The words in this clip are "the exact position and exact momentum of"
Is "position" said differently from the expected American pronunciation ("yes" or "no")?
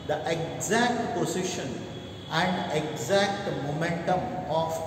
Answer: yes